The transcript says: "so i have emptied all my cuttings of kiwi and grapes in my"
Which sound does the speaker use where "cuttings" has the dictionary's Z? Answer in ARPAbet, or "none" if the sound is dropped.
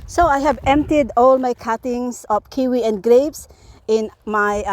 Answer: S